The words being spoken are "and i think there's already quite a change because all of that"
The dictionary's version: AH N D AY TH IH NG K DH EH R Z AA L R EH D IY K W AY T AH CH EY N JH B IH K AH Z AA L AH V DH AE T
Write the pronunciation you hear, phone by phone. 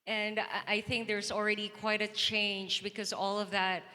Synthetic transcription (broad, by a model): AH N AY TH IH NG K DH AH R Z L R EH D IY K W AY T AH CH EY N JH B IH K AH Z AA L AH V DH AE T